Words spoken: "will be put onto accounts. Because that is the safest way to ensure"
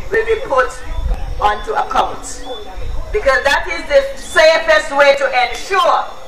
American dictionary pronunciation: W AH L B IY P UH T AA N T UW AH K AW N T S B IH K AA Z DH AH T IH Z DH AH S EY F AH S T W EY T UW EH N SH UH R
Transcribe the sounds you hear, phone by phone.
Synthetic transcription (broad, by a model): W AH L B IY P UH T AA N T UW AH K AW N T B IH K AA Z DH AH T IH Z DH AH S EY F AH S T W EY T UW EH N SH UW